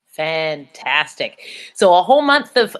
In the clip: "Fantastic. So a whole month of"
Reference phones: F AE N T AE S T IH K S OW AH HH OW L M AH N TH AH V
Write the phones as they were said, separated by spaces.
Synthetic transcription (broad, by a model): F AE N T AE S T IH K S OW AH HH OW L M AH N TH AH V